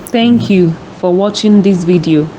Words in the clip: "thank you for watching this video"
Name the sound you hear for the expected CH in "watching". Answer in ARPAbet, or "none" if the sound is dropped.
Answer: CH